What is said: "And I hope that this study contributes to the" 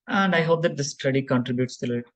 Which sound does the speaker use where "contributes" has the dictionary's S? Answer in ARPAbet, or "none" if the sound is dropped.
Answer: S